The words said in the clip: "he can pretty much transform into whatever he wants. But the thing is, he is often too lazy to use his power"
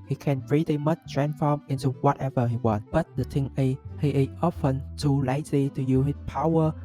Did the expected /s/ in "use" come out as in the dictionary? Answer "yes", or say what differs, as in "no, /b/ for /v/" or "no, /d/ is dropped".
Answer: no, /s/ is dropped